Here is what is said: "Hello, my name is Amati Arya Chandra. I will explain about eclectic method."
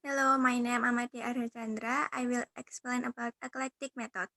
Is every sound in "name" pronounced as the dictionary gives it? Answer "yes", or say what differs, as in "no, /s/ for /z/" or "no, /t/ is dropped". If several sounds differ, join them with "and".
no, /m/ is dropped